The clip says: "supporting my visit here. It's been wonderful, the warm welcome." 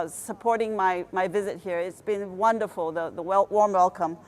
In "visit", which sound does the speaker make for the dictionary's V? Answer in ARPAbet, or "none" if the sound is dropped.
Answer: V